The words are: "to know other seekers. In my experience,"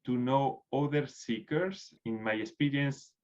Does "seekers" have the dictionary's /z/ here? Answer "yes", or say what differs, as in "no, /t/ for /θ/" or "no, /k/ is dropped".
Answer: no, /s/ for /z/